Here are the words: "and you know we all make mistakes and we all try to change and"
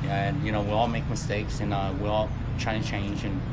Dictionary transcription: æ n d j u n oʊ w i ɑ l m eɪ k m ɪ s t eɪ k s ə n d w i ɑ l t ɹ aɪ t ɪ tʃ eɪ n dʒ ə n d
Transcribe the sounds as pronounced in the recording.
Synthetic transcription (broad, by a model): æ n j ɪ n oʊ w i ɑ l m eɪ k m ɪ s t eɪ k s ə n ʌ w i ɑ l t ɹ aɪ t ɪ tʃ eɪ n dʒ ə n